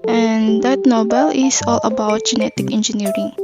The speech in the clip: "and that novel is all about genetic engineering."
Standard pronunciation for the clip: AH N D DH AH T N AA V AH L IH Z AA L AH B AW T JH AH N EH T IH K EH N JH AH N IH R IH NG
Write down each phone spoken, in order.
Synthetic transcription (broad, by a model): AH N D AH T N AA B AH L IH S AA L AH B AW T JH AH N EH T IH K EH N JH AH N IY R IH NG